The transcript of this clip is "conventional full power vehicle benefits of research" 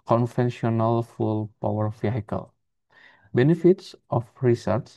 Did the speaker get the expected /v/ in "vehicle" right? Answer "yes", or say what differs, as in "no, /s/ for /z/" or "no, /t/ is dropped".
no, /f/ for /v/